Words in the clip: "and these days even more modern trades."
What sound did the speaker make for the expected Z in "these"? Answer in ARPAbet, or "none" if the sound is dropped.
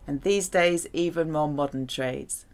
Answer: Z